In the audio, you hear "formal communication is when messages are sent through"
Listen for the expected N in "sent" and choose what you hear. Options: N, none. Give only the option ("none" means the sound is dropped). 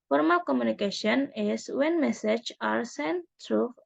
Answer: N